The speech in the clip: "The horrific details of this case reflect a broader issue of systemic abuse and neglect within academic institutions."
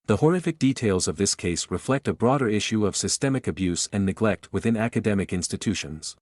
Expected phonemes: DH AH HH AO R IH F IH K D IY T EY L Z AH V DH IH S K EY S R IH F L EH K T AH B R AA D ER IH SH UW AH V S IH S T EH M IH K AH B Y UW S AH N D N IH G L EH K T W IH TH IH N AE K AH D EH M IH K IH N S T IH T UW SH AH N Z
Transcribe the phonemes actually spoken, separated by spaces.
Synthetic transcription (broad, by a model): DH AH HH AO R IH F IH K D IY T EY L Z AH V DH IH S K EY S R IH F L EH K T AH B R AA D ER IH SH UW AH V S IH S T EH M IH K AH B Y UW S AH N N IH G L EH K T W IH TH IH N AE K AH D EH M IH K IH N S T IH T UW SH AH N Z